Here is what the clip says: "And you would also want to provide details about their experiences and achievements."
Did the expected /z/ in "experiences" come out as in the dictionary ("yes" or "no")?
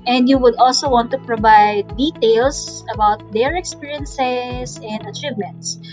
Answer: no